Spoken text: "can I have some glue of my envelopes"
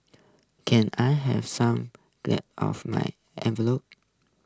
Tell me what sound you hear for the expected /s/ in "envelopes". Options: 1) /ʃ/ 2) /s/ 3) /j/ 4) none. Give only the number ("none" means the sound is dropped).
4